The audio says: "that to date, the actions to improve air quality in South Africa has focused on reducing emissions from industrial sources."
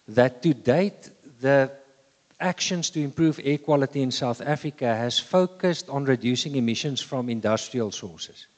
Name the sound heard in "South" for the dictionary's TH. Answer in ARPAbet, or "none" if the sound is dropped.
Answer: TH